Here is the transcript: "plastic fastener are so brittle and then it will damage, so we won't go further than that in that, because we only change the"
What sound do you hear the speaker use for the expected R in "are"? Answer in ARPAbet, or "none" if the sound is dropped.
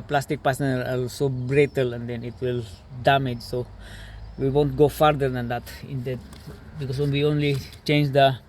L